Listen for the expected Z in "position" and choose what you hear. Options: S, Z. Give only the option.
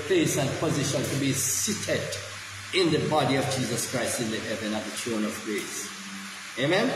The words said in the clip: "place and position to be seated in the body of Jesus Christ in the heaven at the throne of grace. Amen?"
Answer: Z